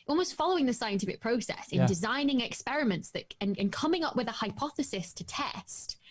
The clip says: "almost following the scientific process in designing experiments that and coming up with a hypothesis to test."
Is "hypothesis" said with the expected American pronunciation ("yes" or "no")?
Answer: yes